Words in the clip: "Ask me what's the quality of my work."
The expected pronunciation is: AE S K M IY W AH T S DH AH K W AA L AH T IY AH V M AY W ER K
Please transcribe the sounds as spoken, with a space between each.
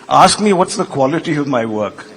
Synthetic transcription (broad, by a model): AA S K M IY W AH T S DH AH K W AA L AH T IY AH V M AY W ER K